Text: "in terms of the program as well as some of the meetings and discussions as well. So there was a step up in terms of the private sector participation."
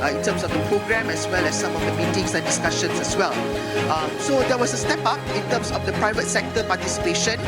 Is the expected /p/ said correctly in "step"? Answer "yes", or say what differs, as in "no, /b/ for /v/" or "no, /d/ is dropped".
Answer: yes